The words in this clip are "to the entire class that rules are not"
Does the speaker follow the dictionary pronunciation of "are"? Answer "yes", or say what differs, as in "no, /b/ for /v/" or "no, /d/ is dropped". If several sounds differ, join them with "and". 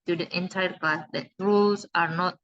yes